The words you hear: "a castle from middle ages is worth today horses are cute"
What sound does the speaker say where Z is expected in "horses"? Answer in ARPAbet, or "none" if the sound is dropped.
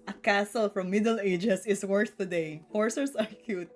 S